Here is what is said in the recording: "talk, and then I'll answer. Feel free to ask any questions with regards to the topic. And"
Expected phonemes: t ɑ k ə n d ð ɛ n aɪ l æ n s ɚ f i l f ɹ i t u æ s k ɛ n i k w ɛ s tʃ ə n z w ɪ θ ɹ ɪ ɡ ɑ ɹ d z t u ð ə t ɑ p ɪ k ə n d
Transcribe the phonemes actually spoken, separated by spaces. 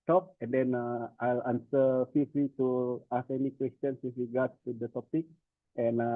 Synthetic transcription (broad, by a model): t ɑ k ə n d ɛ n aɪ l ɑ n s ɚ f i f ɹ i t u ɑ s ɛ n i k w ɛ s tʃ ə n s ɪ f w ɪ ɡ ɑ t t u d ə t ɑ p ɪ k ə n